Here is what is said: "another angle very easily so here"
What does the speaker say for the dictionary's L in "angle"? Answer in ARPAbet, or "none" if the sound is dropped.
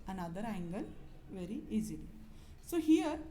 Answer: N